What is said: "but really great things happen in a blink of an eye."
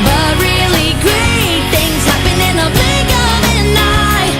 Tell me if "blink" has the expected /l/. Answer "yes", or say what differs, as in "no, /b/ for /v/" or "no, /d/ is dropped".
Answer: no, /l/ is dropped